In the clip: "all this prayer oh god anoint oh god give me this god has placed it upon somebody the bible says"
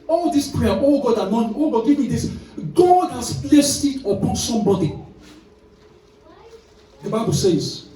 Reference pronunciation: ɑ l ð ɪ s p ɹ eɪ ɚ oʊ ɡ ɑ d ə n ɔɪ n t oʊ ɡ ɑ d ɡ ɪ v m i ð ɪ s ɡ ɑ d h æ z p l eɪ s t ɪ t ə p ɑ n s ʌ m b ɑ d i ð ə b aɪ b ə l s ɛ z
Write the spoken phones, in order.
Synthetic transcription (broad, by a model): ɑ l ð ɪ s p ɹ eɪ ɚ oʊ ɡ ɑ d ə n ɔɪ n oʊ ɡ ɑ d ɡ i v m i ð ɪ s ɡ ɑ d h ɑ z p l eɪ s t ɪ t ə p ɑ n s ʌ m b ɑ d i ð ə b aɪ b ə l s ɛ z